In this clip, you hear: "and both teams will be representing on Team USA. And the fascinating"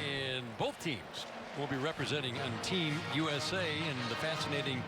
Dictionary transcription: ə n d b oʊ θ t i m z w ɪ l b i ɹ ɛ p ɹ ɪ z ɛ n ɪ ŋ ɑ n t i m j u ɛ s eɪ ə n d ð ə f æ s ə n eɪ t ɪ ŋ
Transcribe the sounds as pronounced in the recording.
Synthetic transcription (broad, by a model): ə n b oʊ θ t i m z w ɪ l b i ɹ ɛ p ɹ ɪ z ɛ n ɪ ŋ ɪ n t i m j u ɛ s eɪ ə n ð ə f æ s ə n eɪ t ɪ ŋ